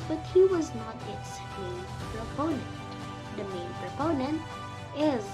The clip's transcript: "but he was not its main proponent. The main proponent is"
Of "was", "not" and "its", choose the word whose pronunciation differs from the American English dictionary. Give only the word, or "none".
none